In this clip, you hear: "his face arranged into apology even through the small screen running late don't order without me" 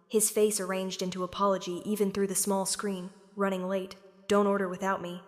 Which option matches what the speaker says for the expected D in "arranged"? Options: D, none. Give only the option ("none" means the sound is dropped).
D